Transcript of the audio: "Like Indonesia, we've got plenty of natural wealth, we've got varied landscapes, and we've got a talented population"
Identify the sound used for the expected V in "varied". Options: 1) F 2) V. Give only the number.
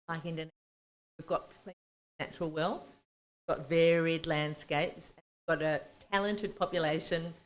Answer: 2